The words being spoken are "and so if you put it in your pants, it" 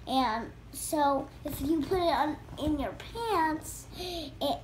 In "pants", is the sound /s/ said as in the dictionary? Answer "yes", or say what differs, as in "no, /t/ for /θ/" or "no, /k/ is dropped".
yes